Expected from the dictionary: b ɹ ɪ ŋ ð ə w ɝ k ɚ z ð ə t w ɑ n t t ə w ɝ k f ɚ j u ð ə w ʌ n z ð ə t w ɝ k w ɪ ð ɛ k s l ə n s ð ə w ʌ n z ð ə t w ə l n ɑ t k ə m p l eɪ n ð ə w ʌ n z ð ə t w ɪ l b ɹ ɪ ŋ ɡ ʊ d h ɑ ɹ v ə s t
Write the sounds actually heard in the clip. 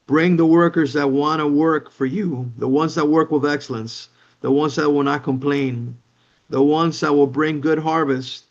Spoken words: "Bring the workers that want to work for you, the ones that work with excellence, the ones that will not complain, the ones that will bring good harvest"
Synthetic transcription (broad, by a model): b ɹ ɪ ŋ ð ə w ɝ k ɚ z ð ə t w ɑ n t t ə w ɝ k f ɚ j u ð ə w ʌ n z ð ə t w ɝ k w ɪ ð ɛ k s l ə n s ð ə w ʌ n z ð ə t w ə l n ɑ t k ə m p l eɪ n ð ə w ʌ n z ð ə t w ɪ l b ɹ ɪ ŋ ɡ ʊ d h ɑ ɹ v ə s t